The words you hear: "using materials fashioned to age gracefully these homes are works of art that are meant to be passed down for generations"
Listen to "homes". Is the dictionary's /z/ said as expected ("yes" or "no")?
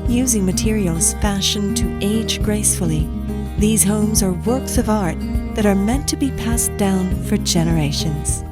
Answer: yes